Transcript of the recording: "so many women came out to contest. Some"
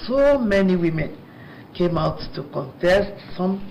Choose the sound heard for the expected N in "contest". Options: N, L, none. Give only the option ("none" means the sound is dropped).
N